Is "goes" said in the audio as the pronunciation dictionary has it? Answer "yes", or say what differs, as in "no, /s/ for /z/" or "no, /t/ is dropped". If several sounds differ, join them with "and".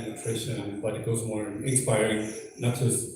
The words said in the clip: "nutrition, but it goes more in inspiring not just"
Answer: yes